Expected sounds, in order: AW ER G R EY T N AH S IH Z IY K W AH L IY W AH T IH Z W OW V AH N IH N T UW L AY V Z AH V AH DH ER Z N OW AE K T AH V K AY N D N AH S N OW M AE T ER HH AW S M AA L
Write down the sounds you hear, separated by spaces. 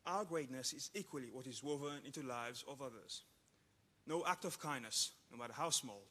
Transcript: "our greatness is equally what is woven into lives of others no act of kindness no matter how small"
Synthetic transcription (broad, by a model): AW ER G R EY T N AH S IH Z IY K W AH L IY W AH T IH Z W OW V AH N IH N T UW L AY V Z AH V AH DH ER Z N OW AE K T AH V K AY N N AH S N OW M AE T ER HH AW S M AA L